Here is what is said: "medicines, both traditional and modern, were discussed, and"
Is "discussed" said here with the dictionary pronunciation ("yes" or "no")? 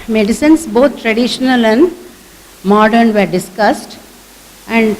yes